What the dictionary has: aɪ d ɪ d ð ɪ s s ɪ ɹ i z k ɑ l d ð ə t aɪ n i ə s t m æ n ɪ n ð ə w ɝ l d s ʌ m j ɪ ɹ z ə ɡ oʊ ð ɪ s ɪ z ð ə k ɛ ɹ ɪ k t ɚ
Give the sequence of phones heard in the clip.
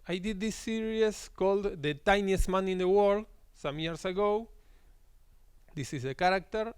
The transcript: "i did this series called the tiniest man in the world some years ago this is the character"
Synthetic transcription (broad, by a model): aɪ d ɪ d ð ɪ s s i ɹ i s k ɑ l d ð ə t aɪ n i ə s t m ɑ n ɪ n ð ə w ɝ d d s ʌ m j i ɹ s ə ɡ oʊ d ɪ s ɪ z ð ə k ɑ ɹ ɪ k t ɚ